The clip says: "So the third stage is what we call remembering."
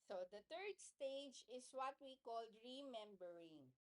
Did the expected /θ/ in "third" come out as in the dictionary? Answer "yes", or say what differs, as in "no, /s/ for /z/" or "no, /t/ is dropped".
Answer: no, /t/ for /θ/